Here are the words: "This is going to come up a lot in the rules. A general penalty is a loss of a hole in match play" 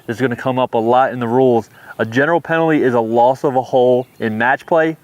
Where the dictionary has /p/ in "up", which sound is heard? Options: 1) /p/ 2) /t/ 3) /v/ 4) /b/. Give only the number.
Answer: 1